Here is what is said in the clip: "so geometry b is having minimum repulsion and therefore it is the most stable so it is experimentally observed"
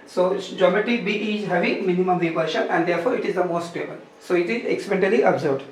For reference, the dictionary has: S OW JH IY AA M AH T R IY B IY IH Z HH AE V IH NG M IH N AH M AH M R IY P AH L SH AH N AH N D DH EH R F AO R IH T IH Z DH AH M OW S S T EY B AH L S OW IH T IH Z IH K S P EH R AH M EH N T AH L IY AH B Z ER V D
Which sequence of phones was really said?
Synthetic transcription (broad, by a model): S OW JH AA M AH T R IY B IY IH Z HH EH V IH M IH N AH M AH M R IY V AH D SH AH N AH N D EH R F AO R IH T IH Z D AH M OW S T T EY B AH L S OW IH T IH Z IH K S EH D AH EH N T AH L IY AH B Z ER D